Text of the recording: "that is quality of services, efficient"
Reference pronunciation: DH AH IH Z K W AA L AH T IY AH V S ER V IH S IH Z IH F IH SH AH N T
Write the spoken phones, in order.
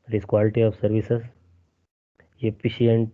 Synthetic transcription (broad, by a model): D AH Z K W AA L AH T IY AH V S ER V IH S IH S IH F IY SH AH N T